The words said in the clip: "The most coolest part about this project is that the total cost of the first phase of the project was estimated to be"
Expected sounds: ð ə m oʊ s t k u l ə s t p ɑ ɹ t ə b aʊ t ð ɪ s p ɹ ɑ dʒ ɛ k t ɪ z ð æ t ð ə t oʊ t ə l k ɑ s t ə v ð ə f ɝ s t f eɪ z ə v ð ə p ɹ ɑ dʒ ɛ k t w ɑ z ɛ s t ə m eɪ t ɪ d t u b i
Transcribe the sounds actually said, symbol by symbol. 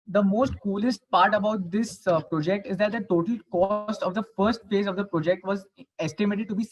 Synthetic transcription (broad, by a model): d ə m oʊ s t k u l ə s t p ɑ ɹ t ə b aʊ t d ɪ s p ɹ ɑ dʒ ɛ k t ɪ z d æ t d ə t oʊ t ə l k ɑ s t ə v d ə f ɝ s t f eɪ z ə v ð ə p ɹ ɑ dʒ ɛ k t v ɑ z ɛ s t ə m eɪ t ɪ d t u b i